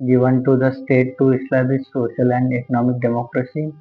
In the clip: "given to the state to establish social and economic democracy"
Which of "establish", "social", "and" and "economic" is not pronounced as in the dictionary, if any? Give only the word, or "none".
establish